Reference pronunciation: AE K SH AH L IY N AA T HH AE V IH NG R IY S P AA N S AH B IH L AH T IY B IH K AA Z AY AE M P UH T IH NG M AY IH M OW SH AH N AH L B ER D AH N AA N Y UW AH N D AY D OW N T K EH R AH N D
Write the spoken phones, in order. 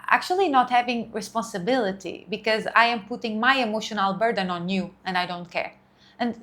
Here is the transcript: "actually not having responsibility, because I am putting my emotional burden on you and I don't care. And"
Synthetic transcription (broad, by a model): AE K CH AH L IY N AA T HH AE V IH NG R IY S P AA N S AH B IH L AH T IY B IH K AA Z AY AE M P UH T IH NG M AY IH M OW SH AH N AH L B ER D AH N AA N Y UW AH N D AY D OW N T K EH R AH N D